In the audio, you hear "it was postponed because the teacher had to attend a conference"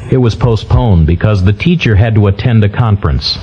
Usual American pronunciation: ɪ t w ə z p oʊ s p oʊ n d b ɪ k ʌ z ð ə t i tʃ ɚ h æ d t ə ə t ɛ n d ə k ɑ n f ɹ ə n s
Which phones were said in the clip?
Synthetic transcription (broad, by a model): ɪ t w ə z p oʊ s p oʊ n b ɪ k ʌ z ð ə t i tʃ ɚ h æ d t ə ə t ɛ n d ə k ɑ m f ɹ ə n s